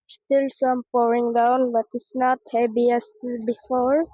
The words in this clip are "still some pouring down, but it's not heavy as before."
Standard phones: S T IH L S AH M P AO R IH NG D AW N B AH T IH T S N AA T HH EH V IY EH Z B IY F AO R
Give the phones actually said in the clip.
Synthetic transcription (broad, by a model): S T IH L S AH M P AO R IH NG D AW N B AH T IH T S N AA T HH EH B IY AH S B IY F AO R